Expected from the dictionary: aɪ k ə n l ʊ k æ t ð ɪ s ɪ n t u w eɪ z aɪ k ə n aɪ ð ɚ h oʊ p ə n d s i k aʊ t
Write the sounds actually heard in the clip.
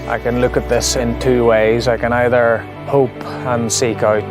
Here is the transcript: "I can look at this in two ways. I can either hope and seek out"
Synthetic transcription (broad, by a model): aɪ k ə n l ʊ k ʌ t ð ɪ s ɪ n t u w eɪ z aɪ k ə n aɪ ð ɚ h oʊ p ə n s i k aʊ t